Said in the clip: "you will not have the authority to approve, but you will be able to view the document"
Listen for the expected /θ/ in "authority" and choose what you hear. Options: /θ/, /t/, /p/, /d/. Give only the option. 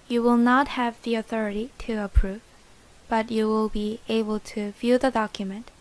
/θ/